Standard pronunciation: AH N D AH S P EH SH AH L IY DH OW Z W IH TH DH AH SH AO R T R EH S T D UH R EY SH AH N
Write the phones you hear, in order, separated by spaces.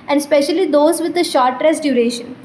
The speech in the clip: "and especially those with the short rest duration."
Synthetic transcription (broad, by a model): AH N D S P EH SH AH L IY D OW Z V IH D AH SH AO R T R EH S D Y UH R EY SH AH N